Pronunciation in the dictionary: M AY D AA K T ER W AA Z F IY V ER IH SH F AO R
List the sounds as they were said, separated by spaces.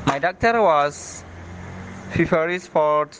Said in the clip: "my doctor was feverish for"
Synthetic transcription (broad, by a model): M AY D AA K T ER W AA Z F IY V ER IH S F AO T